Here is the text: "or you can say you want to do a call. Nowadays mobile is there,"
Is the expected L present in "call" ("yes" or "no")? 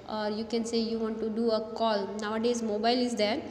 yes